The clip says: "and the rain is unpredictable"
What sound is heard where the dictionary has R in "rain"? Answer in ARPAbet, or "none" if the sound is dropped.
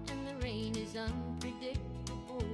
R